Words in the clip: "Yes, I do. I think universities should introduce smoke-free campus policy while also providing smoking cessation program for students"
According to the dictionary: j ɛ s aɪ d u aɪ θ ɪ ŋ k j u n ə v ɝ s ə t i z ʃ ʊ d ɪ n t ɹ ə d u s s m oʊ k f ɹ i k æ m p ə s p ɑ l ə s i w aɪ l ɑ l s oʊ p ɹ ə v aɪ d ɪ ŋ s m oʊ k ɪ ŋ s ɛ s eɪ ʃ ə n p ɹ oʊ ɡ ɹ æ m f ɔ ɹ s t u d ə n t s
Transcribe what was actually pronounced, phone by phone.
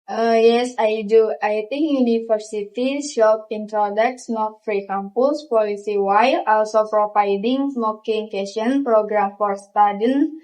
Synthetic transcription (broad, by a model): j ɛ s aɪ d u aɪ t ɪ ŋ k j u n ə f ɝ s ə t i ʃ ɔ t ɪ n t ɹ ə d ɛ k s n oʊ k f ɹ i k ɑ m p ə s p ɑ l ə s i w aɪ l ɑ l s oʊ p ɹ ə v aɪ d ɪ ŋ s m oʊ k ɪ ŋ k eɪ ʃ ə n p ɹ oʊ ɡ ɹ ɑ m f ɔ ɹ s t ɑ d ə n